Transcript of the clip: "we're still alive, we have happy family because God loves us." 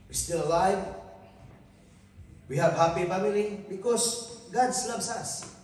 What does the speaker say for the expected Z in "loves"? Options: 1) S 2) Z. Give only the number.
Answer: 1